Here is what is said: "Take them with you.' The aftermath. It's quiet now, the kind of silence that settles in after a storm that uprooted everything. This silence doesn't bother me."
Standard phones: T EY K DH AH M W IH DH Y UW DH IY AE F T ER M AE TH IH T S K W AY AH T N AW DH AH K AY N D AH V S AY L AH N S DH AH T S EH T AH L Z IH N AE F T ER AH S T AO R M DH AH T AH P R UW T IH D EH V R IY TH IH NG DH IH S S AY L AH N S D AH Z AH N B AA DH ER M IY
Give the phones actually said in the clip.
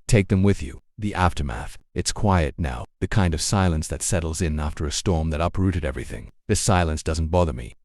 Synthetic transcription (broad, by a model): T EY K DH AH M W IH DH Y UW DH IY AE F T ER M AE TH IH T S K W AY AH T N AW DH AH K AY N D AH V S AY L AH N S DH AH T S EH T L Z IH N AE F T ER AH S T AO R M DH AH T AH P R UW T IH D EH V R IY TH IH NG DH IH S S AY L AH N S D AH Z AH N B AA DH ER M IY